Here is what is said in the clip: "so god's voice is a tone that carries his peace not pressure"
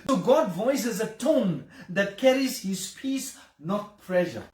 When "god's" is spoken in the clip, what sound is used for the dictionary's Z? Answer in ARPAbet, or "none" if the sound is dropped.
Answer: none